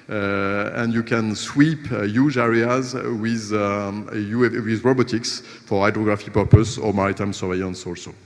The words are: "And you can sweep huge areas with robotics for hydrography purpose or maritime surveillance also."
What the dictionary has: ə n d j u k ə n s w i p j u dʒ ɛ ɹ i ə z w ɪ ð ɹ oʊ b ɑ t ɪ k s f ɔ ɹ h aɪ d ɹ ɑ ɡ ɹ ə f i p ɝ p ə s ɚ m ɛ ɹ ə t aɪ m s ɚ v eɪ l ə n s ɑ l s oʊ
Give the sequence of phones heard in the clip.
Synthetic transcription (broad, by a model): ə n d j u k ə n s w i p j u dʒ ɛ ɹ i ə z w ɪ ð ɹ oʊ b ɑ t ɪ k s f ɔ ɹ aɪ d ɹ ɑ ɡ ɹ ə f i p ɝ p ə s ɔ m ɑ ɹ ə t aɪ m s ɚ v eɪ ə n s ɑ l s oʊ